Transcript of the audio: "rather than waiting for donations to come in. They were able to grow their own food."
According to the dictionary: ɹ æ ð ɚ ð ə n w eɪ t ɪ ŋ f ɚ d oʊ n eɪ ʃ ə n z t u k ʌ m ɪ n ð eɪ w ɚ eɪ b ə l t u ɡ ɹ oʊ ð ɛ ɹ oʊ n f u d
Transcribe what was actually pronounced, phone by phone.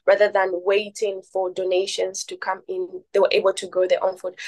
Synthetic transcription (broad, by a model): ɹ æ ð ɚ ð ə n w eɪ t ɪ ŋ f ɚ d oʊ n eɪ ʃ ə n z t u k ʌ m ɪ n ð eɪ w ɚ eɪ b ə l t u ɡ oʊ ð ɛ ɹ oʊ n f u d